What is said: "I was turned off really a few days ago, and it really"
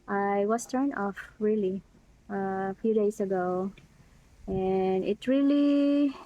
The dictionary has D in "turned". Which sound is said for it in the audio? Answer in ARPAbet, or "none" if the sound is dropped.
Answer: none